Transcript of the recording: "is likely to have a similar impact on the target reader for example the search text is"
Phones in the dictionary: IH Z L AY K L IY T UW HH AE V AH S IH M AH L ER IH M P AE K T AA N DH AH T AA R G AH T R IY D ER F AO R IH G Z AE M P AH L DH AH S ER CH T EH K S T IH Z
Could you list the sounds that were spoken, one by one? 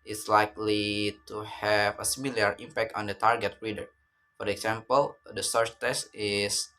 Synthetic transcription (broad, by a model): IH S L AY K L IY T UW HH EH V AH S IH M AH L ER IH M P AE K T AA N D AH T AA R G AH T R IY D ER F AO R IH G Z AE M P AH L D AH S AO S T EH S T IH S